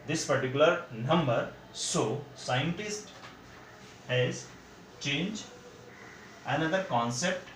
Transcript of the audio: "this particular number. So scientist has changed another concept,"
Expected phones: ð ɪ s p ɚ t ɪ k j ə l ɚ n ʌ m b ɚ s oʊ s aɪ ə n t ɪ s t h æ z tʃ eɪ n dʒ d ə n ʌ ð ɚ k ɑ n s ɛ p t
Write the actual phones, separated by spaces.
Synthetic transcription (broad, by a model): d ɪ s p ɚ t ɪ k j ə l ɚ n ʌ m b ɚ s oʊ s aɪ ə n t ɪ s t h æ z tʃ eɪ n dʒ ə n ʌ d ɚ k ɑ n s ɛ p t